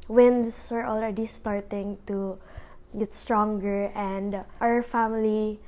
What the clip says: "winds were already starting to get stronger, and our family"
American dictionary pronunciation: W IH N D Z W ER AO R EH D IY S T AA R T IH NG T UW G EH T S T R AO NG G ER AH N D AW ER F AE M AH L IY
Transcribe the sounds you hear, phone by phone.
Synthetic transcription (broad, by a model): W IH N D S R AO L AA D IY S T AA R T IH NG T UW G EH T S T R AO NG G ER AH N D AW ER F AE M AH L IY